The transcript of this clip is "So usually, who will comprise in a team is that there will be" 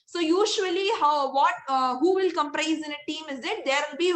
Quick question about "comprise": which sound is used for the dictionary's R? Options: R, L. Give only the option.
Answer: R